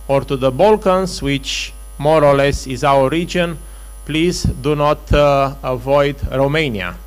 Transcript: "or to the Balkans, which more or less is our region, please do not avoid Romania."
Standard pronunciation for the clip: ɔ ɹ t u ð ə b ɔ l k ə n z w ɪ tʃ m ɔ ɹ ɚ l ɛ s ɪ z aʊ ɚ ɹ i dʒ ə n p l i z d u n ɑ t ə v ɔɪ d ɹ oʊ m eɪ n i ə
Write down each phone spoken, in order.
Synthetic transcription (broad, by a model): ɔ ɹ t u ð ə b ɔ l k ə n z w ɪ tʃ m ɔ ɹ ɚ l ɛ s ɪ z aʊ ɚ ɹ i dʒ ə n p l i z d u n ɑ t ə v ɔɪ d ɹ oʊ m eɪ n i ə